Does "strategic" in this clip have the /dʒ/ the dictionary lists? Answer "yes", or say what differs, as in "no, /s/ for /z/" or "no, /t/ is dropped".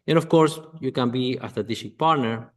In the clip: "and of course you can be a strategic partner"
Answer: no, /ʃ/ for /dʒ/